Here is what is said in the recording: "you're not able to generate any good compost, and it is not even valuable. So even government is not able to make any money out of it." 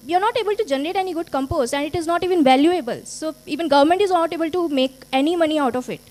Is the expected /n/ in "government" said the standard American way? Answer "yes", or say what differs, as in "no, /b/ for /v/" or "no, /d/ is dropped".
yes